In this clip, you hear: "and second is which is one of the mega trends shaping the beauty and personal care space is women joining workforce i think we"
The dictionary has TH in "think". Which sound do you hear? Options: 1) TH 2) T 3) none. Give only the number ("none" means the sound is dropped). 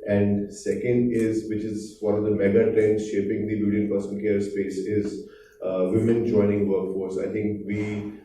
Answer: 2